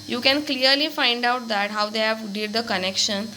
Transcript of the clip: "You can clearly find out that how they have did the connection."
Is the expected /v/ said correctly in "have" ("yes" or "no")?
yes